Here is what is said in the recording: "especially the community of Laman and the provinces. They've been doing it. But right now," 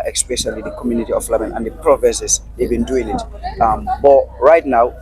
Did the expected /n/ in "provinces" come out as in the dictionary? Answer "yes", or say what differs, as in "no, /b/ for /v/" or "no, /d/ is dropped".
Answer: no, /n/ is dropped